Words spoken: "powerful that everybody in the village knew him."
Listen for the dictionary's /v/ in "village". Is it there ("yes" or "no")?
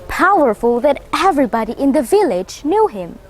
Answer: yes